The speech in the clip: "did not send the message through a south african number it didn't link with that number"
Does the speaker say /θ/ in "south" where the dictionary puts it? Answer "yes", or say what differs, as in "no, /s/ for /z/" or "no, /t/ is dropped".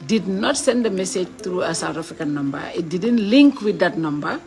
no, /t/ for /θ/